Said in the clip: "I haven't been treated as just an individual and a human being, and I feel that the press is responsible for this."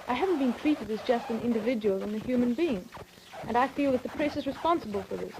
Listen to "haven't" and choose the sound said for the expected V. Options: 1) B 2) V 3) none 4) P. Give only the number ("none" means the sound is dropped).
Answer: 2